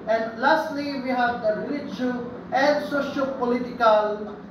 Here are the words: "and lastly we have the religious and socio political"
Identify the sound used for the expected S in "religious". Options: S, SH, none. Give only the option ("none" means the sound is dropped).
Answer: none